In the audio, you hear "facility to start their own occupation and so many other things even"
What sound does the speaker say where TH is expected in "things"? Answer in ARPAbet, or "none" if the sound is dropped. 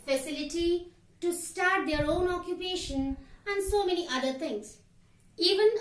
T